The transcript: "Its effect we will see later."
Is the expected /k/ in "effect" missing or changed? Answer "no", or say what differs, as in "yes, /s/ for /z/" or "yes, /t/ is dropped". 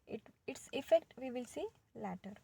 no